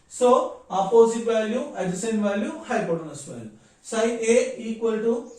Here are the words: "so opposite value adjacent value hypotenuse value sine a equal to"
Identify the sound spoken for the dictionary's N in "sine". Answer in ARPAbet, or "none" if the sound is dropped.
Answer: none